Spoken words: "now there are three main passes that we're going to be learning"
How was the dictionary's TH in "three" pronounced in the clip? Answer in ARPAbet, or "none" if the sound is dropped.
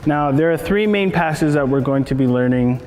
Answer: TH